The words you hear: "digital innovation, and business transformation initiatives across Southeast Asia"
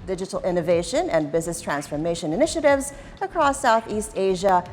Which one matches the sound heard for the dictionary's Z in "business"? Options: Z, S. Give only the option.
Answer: Z